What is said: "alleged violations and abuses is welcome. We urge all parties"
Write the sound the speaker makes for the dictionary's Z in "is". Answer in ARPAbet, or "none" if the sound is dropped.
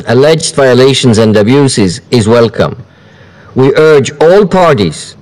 Z